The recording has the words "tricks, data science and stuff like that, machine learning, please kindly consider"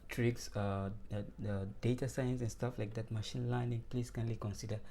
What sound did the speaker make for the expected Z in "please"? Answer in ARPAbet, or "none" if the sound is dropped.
S